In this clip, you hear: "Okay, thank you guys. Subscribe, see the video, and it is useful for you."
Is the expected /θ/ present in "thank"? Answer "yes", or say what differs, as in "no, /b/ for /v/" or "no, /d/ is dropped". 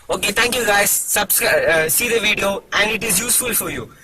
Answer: no, /t/ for /θ/